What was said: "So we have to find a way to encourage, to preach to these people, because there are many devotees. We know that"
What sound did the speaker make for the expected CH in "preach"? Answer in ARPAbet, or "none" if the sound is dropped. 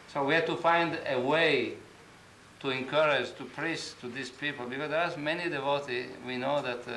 S